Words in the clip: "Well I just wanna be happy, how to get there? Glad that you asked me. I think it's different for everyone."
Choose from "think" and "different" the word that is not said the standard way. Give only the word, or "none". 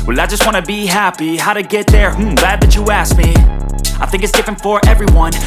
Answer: none